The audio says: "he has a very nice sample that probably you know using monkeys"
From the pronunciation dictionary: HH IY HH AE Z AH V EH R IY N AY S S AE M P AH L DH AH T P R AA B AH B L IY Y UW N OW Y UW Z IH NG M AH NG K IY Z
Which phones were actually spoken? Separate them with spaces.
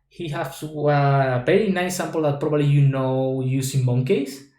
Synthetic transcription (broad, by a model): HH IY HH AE S AH P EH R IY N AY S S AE M P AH L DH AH T P R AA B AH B L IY Y UW N OW Y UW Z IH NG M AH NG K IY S